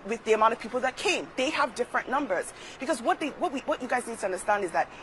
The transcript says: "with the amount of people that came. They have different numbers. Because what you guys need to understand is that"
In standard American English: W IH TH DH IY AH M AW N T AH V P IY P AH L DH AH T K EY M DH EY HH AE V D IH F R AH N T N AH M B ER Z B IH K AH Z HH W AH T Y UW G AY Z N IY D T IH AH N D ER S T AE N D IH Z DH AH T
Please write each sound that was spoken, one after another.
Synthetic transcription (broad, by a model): W IH DH IY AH M AW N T AH V P IY P L DH AH T K EY M DH EY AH V D IH F R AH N N AH M B ER Z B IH K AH Z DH W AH T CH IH G AY Z N IY D T IH AH N D ER S T AE N D IH Z DH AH T